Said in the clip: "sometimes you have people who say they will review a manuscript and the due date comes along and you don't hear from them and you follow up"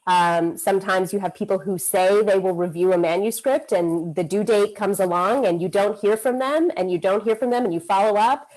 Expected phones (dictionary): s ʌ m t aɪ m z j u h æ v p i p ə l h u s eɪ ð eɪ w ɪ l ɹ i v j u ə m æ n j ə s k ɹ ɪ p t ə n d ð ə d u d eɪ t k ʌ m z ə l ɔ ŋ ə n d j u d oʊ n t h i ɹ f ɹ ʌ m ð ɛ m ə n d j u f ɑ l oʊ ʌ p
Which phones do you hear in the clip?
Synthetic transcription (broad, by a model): s ʌ m t aɪ m z j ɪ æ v p i p l h u s eɪ ð eɪ w ɪ l ɹ i v j u ə m æ n j ə s k ɹ ɪ p t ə n ð ə d u d eɪ t k ʌ m z ə l ɔ ŋ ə n j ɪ d oʊ n t h i ɹ f ɹ ʌ m ð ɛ m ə n d j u f ɑ l oʊ ʌ p